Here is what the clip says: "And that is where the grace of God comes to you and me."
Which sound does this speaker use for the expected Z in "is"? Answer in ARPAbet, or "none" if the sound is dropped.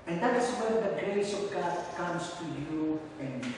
S